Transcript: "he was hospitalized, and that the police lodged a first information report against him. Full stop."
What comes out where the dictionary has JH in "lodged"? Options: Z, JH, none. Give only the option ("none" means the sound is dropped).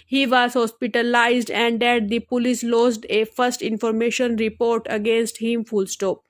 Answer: Z